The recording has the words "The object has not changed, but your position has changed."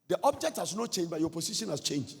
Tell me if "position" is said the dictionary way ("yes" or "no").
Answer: no